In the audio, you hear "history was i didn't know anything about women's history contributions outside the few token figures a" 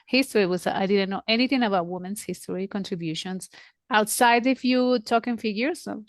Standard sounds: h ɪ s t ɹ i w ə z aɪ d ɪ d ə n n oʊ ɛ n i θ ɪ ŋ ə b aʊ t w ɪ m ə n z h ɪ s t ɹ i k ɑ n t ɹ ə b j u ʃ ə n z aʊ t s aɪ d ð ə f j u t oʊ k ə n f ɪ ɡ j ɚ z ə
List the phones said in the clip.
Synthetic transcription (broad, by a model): h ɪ s t ɹ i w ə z aɪ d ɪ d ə n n oʊ ɛ n i θ ɪ ŋ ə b aʊ t w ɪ m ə n s h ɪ s t ɹ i k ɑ n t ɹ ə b j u ʃ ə n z aʊ t s aɪ d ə f j u t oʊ k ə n f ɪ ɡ j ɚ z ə